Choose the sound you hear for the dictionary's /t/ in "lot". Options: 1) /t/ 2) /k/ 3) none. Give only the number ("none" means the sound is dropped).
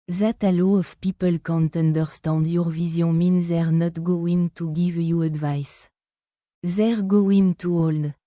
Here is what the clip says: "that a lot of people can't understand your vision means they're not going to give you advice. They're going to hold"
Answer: 3